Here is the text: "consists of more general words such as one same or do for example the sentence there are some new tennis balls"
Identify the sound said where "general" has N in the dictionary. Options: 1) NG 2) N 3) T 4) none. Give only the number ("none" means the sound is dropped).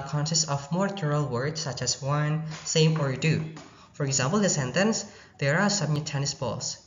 4